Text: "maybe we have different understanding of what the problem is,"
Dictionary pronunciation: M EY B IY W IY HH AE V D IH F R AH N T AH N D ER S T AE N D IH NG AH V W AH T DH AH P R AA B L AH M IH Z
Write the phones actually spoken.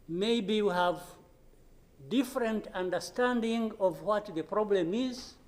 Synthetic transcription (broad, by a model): M EY B IY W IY HH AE V D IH F R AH N T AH N D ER S T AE N D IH NG AH V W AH T DH AH P R AA B L AH M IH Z